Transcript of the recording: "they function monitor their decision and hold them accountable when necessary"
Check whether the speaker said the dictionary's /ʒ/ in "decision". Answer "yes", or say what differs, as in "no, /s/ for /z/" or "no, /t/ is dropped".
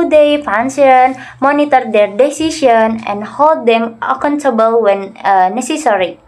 no, /ʃ/ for /ʒ/